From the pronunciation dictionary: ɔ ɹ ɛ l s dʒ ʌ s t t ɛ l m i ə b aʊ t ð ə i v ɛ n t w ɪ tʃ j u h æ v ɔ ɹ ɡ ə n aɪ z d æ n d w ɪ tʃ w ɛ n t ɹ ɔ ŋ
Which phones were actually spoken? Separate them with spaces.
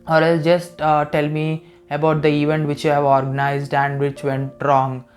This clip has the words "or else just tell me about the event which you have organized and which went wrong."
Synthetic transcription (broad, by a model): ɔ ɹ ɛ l dʒ ʌ s t t ɛ l m i ə b aʊ t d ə i v ɛ n t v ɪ tʃ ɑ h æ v ɔ ɹ ɡ ə n aɪ z d æ n d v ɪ tʃ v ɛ n t ɹ ɔ ŋ